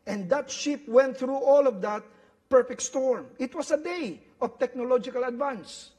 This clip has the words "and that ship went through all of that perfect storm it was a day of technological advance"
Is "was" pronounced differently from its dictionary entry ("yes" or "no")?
yes